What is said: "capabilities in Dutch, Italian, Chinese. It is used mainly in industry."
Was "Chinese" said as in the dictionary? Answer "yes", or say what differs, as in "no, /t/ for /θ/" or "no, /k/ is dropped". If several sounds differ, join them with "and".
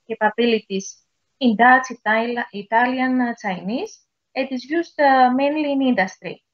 no, /s/ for /tʃ/